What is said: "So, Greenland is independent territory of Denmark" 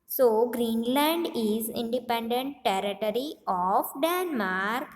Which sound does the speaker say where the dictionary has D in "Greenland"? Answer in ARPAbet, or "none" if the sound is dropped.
D